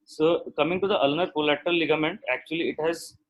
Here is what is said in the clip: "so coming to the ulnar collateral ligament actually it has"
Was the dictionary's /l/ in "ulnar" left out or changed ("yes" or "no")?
no